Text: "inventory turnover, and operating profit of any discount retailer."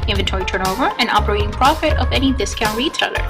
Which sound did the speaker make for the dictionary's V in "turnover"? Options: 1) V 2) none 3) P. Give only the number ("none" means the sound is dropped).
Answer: 1